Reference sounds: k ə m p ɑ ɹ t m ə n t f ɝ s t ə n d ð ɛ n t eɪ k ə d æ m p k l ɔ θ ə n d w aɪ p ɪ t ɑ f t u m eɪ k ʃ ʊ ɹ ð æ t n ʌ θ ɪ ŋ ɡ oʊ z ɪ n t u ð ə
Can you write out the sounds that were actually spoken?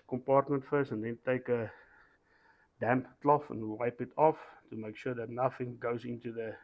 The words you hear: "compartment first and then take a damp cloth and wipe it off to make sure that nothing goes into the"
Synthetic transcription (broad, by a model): k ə m p ɑ ɹ t m ə n t f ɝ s ə n d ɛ n t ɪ k ə d æ m p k l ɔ f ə n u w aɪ p ɪ t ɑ f t u m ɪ k ʃ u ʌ ð æ t n ʌ θ ɪ ŋ ɡ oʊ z ɪ n t u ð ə